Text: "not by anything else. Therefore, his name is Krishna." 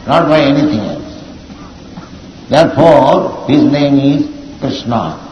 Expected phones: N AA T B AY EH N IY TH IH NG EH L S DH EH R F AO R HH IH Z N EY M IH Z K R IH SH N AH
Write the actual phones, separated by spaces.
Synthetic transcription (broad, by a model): N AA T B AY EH N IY T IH NG EH L S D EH R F AO R HH IH Z N EY M IH Z K R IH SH N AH